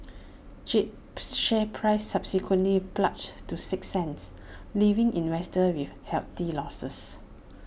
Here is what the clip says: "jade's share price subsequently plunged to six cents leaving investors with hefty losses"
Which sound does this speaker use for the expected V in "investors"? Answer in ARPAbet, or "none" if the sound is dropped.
W